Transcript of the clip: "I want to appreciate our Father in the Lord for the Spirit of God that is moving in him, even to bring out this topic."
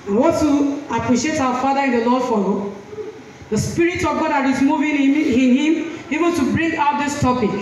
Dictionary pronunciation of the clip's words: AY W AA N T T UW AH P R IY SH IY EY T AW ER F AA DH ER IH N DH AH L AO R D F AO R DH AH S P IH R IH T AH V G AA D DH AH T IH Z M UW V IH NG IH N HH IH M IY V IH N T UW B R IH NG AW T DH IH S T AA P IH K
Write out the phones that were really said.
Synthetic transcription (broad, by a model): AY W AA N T T UW AH P R IY SH IY EY T AW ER F AA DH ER IH N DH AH L AO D F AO L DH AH S P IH R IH T AH V G AA D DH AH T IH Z M UW V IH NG IH N HH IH M IY V IH N T UW B R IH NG AW T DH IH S T AA P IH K